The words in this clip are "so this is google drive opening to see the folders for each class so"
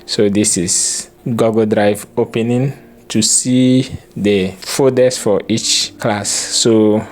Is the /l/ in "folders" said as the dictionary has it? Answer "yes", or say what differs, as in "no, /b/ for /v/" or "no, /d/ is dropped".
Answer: no, /l/ is dropped